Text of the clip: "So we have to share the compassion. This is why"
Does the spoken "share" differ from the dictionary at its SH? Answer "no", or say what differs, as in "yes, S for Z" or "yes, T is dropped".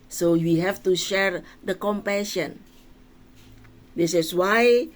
no